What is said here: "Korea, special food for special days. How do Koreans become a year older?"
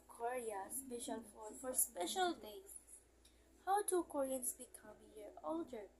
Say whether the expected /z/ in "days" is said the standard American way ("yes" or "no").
no